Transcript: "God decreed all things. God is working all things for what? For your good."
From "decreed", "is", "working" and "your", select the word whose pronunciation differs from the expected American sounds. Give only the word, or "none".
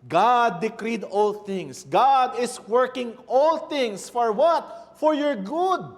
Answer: is